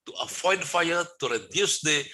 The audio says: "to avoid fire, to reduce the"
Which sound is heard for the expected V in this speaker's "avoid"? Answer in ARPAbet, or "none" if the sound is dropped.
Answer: F